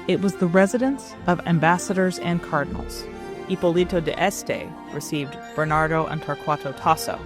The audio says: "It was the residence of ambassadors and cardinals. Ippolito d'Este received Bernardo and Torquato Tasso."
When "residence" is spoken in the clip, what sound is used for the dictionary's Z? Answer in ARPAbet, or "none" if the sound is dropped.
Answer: Z